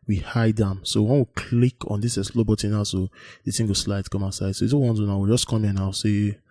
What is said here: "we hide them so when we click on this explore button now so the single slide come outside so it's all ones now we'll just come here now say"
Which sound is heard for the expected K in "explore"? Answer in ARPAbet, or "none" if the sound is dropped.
none